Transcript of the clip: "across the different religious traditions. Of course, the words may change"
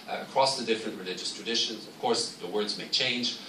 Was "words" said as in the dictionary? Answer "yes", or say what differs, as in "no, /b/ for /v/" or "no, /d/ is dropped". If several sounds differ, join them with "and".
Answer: yes